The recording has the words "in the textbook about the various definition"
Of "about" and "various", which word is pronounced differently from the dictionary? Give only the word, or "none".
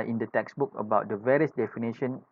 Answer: none